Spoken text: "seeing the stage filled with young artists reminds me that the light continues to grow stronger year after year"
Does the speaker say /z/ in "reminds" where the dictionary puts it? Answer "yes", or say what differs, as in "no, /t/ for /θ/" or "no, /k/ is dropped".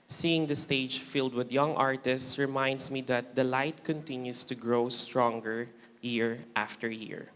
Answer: no, /s/ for /z/